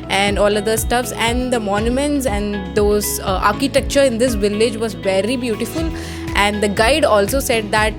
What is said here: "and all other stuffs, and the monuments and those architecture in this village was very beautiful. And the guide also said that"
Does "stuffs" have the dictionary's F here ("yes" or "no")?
yes